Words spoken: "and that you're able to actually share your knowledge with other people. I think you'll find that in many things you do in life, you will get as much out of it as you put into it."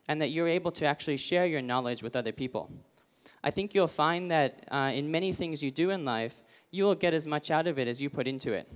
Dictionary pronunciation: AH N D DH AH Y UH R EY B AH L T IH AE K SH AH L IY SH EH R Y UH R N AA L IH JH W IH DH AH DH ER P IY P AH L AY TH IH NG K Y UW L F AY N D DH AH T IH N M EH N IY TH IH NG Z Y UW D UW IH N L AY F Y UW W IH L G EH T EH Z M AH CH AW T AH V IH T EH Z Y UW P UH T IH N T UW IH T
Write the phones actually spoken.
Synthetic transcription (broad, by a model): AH N DH AH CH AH R EY B L T IH AE K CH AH L IY SH EH R Y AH R N AA L IH JH W IH DH AH DH ER P IY P L AY TH IH NG K Y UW L F AY N DH AH T IH N M EH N IY TH IH NG Z Y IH D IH IH N L AY F Y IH W IH L G EH T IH Z M AH CH AW T AH V IH T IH Z Y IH P UH T IH N T UW IH T